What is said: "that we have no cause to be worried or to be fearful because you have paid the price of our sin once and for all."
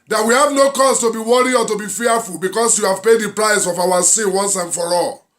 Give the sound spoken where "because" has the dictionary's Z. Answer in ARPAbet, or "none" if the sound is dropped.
S